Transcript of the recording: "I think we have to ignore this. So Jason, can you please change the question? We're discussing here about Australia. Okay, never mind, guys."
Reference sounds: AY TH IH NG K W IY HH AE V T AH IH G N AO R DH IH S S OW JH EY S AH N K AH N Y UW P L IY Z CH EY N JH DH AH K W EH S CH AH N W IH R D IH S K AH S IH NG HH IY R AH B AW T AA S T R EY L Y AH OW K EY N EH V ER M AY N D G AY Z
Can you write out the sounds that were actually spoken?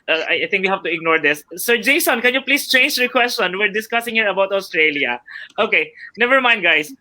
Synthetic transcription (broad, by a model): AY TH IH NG K W IY HH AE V T AH IH G N AO R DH IH S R JH EY S AH N K AH N Y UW P L IY S CH EY N JH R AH K W EH S CH AH N W IH R D IH S K AH S IH NG HH IY R AH B AW T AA S T R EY L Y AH OW K EY N EH V ER M AY N D G AY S